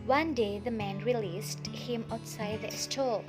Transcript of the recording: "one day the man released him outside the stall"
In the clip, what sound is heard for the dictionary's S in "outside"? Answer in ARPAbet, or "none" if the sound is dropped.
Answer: S